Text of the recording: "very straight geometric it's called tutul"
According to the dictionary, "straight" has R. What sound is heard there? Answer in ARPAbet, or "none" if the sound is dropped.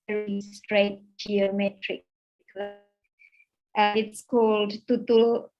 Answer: R